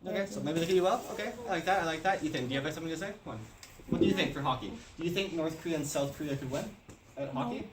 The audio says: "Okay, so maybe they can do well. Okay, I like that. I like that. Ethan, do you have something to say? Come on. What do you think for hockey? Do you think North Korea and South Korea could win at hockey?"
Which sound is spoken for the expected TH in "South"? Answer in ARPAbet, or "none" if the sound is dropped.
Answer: TH